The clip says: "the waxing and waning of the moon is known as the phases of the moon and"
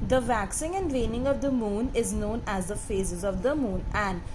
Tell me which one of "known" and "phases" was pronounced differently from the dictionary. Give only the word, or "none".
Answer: none